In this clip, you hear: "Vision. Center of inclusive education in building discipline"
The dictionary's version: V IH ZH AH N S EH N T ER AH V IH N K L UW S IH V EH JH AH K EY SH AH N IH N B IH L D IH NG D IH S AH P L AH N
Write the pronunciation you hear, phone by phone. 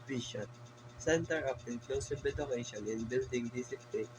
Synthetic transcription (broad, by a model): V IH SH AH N S EH N T ER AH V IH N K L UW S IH B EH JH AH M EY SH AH N IH N B IH L D IH NG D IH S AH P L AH